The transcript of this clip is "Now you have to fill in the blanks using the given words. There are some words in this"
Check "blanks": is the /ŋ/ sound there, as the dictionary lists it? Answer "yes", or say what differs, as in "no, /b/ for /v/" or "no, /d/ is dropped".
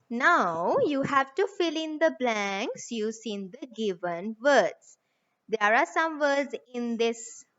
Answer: yes